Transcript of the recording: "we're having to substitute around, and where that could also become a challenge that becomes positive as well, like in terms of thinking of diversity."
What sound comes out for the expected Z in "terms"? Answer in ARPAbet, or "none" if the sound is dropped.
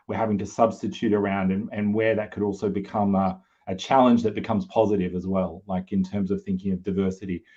Z